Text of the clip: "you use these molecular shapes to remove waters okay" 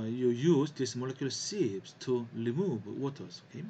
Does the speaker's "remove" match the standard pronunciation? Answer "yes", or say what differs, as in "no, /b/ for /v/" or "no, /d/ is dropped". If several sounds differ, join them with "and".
no, /l/ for /ɹ/